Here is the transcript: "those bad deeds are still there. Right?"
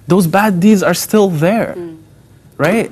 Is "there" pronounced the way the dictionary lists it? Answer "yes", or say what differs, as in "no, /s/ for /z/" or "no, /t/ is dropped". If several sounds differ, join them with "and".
yes